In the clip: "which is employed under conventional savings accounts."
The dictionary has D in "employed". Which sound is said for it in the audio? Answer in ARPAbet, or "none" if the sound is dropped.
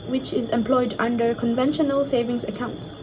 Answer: D